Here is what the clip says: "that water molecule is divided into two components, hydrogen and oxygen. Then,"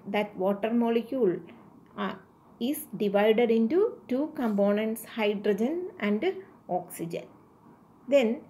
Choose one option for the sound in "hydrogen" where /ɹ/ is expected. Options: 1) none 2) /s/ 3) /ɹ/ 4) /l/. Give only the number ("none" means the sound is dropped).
3